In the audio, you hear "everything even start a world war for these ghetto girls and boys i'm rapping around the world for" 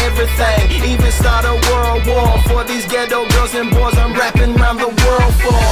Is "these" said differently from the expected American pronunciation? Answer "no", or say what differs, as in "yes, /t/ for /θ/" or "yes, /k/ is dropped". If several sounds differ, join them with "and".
no